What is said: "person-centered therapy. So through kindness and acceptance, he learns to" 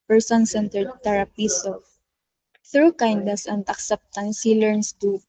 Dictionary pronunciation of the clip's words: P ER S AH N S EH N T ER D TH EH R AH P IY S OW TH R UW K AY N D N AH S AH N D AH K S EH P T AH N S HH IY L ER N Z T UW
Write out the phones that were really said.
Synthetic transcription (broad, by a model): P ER S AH N S EH N T ER D T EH R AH P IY S OW TH R UW K AY N D N AH S AH N D AH K S EH P T AH N S HH IY L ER N S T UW